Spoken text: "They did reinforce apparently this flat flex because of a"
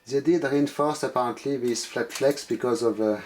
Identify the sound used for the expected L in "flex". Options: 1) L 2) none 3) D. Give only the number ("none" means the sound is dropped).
1